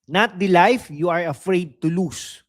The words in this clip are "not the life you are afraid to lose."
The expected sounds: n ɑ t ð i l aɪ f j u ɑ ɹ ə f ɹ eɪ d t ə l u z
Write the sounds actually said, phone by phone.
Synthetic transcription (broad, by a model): n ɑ t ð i l aɪ f j u ɑ ɹ ə f ɹ eɪ d t ə l u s